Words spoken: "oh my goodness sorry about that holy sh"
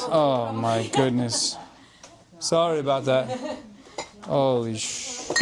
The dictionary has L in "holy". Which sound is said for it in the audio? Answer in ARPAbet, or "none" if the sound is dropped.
none